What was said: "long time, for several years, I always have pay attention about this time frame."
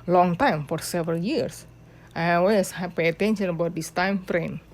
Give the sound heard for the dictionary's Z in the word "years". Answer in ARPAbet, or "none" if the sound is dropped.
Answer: S